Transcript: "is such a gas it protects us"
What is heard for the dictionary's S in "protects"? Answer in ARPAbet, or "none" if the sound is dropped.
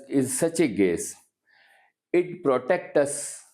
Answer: none